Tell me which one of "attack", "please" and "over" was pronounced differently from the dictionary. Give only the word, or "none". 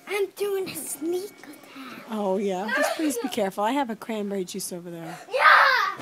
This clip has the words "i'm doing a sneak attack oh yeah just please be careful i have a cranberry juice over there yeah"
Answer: attack